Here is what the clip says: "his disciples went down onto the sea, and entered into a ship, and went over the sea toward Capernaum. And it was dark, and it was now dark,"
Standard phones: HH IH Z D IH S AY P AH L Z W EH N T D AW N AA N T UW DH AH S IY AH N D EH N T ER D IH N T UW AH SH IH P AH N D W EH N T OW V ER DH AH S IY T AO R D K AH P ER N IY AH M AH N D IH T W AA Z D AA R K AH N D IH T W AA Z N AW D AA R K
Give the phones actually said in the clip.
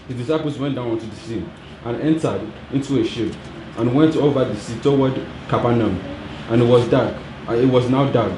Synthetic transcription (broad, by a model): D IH D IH S AY P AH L S W EH N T D AW N AA N T UW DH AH S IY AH N EH N T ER D IH N T UW AH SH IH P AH N W EH N T OW V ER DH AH S IY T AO W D K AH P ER N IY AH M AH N IH T W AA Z D AA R K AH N IH T W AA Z N AW D AA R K